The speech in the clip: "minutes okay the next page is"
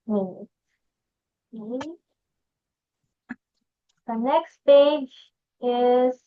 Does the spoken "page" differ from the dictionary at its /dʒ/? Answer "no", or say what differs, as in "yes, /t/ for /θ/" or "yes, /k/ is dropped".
no